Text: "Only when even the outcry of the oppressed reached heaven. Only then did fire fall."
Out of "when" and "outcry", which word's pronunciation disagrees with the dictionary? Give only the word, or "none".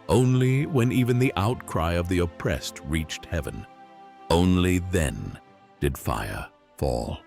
none